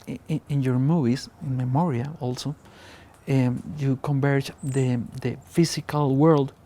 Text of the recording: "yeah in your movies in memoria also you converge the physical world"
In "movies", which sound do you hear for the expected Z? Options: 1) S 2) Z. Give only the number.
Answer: 1